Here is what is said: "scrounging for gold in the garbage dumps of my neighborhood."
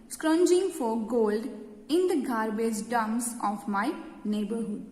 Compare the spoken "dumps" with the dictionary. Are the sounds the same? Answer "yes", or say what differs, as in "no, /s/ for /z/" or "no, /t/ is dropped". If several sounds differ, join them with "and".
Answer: no, /p/ is dropped